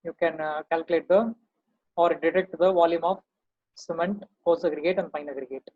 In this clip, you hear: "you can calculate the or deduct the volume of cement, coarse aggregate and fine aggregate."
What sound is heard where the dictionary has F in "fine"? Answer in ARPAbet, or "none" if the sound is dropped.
P